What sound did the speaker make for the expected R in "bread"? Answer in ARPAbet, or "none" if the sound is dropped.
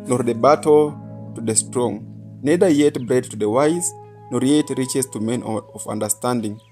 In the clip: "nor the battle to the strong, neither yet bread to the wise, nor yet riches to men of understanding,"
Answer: R